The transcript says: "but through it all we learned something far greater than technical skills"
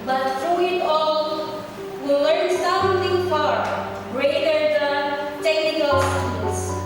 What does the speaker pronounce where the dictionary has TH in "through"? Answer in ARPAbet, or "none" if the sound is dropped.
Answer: F